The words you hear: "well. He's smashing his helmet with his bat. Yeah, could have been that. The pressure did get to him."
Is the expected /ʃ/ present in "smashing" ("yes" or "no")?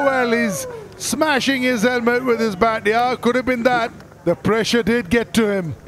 yes